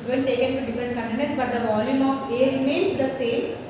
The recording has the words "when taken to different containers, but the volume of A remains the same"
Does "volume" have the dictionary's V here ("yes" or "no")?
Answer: yes